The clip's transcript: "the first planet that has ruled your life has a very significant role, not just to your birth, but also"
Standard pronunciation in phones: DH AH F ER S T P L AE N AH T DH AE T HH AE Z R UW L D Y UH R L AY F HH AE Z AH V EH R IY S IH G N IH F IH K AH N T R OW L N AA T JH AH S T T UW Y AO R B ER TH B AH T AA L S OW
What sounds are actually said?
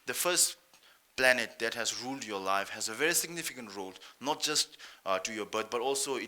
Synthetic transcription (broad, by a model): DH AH F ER S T P L AE N AH T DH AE T HH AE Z R UW L D Y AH L AY F HH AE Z AH V EH R IY S IH G N IH F IH K AH N T R OW L N AA T JH AH S T T UW Y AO B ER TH B AH T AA L S OW